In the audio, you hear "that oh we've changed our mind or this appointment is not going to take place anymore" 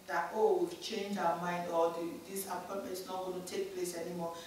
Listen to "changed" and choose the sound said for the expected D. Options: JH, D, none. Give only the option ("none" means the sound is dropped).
none